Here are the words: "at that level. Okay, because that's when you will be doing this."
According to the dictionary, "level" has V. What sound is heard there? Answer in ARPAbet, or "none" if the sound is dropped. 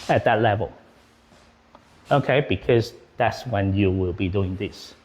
V